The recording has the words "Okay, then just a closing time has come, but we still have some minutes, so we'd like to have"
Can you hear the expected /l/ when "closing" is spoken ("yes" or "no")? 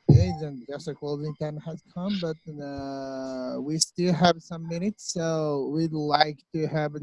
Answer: no